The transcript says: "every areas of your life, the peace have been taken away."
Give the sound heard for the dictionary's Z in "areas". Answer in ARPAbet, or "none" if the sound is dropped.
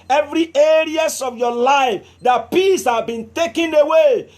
S